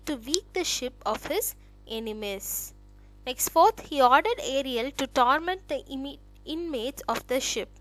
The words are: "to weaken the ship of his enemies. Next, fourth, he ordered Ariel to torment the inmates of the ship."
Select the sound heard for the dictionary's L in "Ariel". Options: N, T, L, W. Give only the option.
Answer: L